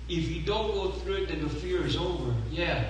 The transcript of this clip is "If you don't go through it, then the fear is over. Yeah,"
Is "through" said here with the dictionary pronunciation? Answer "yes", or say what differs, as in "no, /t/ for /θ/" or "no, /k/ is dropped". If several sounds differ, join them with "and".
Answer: yes